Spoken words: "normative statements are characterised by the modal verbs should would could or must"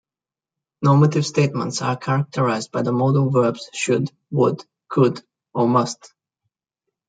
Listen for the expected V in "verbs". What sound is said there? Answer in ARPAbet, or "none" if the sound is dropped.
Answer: V